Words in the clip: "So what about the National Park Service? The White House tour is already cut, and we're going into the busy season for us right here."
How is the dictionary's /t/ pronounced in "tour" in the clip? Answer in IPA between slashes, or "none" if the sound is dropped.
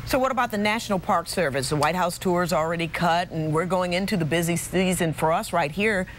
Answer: /t/